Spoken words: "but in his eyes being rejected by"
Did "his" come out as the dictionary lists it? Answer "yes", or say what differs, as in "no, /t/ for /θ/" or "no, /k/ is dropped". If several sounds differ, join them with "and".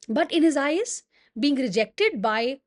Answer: yes